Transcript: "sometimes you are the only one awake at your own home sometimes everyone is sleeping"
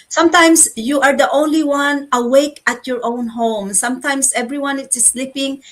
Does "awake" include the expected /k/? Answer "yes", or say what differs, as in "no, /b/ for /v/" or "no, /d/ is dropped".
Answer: yes